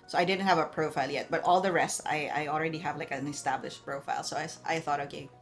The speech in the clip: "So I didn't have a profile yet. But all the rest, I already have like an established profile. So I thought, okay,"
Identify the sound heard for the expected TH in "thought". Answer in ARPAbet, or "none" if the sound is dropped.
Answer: TH